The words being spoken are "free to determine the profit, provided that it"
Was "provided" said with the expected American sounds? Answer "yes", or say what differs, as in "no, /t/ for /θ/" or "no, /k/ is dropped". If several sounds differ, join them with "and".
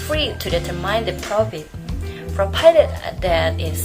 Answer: no, /f/ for /p/ and /p/ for /v/